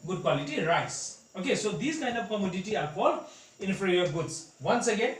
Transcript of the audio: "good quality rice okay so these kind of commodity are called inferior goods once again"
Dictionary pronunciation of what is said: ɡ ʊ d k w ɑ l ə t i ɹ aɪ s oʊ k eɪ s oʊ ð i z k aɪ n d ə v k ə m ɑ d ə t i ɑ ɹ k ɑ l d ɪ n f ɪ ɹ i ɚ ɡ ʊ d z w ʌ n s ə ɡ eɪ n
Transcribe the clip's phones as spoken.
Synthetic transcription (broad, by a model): ɡ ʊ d k w ɑ l ə t i ɹ aɪ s oʊ k eɪ s oʊ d i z k aɪ n d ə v k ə m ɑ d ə t i ɑ ɹ k ɑ l d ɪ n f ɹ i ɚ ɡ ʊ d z w ʌ n s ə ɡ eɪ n